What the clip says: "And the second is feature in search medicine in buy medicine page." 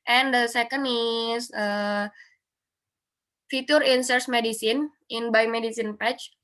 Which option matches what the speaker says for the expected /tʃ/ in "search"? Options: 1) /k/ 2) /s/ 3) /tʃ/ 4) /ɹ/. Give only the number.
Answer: 2